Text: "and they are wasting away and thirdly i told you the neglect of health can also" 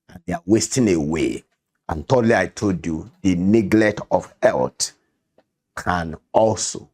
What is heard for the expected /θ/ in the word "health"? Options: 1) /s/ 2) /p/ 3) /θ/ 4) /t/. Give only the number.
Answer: 4